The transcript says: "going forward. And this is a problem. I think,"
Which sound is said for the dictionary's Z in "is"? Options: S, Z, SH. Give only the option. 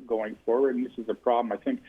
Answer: Z